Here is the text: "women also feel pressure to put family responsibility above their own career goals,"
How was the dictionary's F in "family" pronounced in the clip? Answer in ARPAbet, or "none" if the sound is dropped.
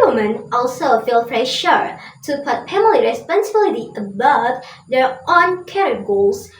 P